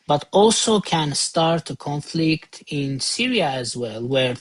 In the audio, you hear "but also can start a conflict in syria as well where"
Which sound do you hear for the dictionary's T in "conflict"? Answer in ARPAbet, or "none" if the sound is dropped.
T